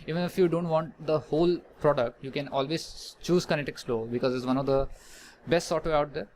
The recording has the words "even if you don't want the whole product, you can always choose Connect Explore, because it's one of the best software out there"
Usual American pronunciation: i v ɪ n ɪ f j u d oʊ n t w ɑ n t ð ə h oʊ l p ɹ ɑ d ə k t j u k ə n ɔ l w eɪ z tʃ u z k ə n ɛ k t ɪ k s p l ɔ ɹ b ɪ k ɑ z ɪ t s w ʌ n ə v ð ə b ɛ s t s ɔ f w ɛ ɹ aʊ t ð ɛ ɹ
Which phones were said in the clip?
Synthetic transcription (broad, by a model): i v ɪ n ɪ f j u d oʊ n t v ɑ n t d ə h oʊ l p ɹ ɑ d ə k t j u k ə n ɔ l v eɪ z tʃ u z k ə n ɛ t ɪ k s l ɔ b ɪ k ɑ z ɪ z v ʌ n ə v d ə b ɛ s t s ɔ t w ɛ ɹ aʊ t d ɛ ɹ